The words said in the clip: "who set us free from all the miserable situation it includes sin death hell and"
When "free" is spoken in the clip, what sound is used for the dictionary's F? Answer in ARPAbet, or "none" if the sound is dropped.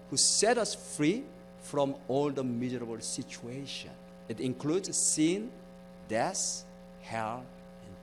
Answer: F